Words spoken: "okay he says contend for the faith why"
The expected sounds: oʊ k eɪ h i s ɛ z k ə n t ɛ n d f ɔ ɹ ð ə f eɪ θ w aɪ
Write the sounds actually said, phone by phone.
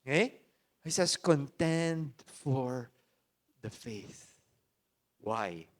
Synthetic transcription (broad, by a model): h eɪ h i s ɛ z k ə n t ɛ n d f ɔ ɹ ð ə f eɪ θ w aɪ